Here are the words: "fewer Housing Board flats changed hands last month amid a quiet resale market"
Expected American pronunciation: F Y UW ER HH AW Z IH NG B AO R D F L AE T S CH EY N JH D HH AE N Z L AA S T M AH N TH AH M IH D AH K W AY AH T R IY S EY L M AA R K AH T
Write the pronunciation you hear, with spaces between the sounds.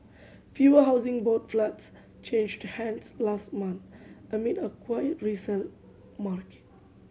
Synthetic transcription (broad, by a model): F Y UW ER HH AW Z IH NG B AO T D F L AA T S CH EY N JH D HH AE N S L AA S T M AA N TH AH M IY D AH K W AY AH T R IY S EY N M AA R K AH T